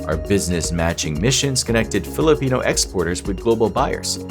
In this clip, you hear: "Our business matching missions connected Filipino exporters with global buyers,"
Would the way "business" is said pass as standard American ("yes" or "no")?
yes